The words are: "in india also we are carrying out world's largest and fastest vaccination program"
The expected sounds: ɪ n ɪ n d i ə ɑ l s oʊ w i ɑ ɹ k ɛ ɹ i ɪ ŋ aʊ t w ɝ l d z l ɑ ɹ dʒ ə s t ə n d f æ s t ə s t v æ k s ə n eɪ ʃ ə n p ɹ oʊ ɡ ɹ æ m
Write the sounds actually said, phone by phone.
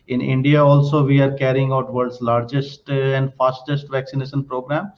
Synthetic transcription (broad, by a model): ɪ n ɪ n d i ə ɑ l s oʊ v i ɑ ɹ k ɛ ɹ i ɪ ŋ aʊ t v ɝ d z l ɑ ɹ dʒ ə s t ə n d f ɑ s t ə s t v æ k s ə n eɪ ʃ ə n p ɹ oʊ ɡ ɹ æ m